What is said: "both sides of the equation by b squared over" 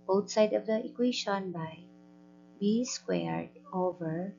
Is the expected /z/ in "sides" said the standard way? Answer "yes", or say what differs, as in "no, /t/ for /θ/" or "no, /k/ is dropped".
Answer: no, /z/ is dropped